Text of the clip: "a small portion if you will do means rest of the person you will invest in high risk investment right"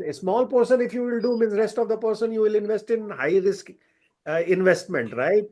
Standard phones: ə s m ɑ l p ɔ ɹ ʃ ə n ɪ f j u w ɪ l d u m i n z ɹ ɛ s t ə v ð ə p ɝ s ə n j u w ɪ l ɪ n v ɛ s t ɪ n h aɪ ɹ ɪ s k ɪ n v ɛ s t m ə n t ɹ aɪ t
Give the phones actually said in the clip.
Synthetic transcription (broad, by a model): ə s m ɑ l p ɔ ɹ s ə n ɪ f j u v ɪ l d u m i n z ɹ ɛ s t ə v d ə p ɝ s ə n j u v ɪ l ɪ n v ɛ s t ɪ n h aɪ ɹ ɪ s k ɪ n v ɛ s t m ə n t ɹ aɪ t